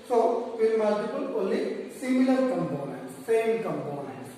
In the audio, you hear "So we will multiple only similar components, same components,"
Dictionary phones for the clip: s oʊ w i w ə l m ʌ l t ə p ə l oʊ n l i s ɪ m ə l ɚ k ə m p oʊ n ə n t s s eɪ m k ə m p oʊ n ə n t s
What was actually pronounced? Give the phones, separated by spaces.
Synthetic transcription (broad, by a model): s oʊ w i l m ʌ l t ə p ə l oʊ l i s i m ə l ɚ k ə m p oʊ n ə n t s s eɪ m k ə m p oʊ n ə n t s